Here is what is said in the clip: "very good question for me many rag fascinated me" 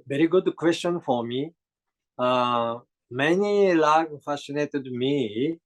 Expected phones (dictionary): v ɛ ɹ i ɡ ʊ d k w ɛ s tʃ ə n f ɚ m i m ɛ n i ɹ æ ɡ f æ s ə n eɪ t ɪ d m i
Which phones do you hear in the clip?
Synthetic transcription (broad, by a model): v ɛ ɹ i ɡ ʊ d k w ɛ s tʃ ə n f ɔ m i m ɛ n i l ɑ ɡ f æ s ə n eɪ t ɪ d m i